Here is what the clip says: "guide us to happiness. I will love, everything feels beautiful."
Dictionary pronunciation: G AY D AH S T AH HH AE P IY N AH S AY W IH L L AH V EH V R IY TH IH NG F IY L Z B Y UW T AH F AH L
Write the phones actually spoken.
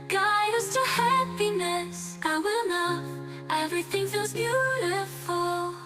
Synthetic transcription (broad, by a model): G AY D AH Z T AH HH AE P IY N AH S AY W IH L N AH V EH V R IY TH IH NG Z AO Z B Y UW T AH F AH L